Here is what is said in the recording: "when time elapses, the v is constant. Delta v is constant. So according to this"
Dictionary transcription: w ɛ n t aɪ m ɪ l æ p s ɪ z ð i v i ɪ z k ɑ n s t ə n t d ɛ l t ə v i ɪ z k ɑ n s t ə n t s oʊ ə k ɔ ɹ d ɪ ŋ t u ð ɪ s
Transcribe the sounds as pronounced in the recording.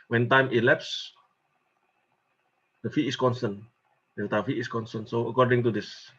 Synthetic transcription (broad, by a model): w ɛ n t aɪ m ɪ l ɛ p s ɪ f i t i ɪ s k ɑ n s t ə n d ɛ t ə f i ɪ s k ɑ n s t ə n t s oʊ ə k ɔ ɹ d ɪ ŋ t u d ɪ s